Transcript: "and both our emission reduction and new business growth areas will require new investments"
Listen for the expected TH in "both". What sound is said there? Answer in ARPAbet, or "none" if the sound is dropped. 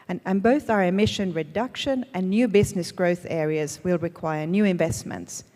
TH